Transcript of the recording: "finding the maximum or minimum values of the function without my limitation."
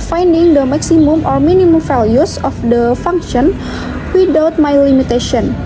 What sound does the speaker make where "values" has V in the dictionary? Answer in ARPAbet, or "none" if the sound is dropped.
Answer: F